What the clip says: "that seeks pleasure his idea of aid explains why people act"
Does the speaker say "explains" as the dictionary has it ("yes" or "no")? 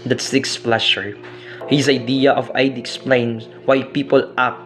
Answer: no